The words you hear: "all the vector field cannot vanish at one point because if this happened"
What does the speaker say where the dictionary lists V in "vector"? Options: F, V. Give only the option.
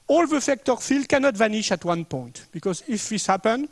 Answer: F